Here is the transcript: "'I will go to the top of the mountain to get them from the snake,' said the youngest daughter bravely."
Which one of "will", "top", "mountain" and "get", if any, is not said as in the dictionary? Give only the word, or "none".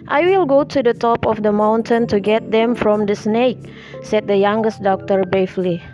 none